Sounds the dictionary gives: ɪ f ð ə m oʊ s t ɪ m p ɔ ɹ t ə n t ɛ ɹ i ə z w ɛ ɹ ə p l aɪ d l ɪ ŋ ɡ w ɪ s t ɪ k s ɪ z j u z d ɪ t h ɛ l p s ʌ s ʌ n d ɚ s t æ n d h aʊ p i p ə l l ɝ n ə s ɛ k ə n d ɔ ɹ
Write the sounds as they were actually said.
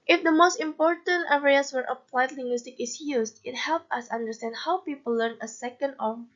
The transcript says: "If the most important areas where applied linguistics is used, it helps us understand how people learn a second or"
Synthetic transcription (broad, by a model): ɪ f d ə m oʊ s t ɪ m p ɔ ɹ t ə n t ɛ ɹ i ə s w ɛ ɹ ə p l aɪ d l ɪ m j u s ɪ k ɪ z j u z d ɪ t h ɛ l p ʌ s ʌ n d ɚ s t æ n d h aʊ p i p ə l l ɝ n ə s ɛ k ə n d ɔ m